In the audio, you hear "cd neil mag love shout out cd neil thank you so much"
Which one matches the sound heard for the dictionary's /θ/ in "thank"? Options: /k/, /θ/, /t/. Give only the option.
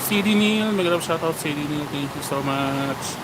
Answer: /t/